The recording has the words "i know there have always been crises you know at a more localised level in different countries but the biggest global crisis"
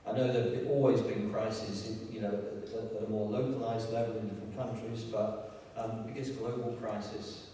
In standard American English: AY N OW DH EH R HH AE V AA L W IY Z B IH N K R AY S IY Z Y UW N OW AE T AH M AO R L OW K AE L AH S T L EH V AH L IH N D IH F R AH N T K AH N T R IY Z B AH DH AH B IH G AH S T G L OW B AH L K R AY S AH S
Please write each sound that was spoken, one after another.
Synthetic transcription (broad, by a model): AY N OW DH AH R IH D AA L W IY Z B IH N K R AY S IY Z Y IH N OW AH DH AH M AO R L OW K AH L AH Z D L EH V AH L IH N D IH F R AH N K AH N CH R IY Z B AH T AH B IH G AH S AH G L OW B AH L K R AY S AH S